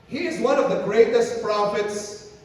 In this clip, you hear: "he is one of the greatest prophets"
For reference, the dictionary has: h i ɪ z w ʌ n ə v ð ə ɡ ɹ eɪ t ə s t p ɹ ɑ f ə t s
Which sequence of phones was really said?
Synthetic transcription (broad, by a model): h i ɪ z w ʌ n ə v ð ə ɡ ɹ eɪ t ə s t p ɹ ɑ f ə t s